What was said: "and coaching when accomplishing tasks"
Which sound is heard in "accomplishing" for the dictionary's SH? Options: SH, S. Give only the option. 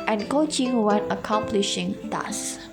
SH